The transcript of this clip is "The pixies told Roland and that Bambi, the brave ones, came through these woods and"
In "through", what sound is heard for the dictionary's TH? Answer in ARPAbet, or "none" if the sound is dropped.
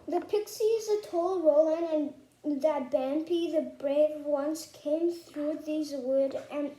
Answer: TH